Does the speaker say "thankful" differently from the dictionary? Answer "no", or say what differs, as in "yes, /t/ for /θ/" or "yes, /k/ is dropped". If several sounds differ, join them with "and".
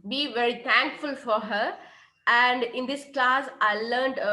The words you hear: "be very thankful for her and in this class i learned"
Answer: yes, /t/ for /θ/